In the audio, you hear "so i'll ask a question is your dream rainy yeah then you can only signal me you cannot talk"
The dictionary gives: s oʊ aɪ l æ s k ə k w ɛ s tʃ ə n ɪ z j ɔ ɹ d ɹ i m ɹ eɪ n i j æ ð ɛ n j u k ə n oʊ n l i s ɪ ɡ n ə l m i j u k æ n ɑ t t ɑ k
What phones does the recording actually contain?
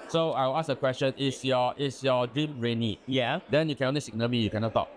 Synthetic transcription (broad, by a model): s oʊ aɪ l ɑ s ə k w ɛ s tʃ ə n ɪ s j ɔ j d ɹ i m ɹ eɪ n i j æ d ɛ n j u k ə n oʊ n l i s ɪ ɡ n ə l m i j u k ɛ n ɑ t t ɑ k